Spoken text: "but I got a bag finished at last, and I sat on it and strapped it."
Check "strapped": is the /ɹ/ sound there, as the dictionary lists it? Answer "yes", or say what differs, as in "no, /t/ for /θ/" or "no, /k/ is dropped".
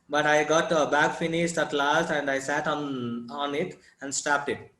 no, /ɹ/ is dropped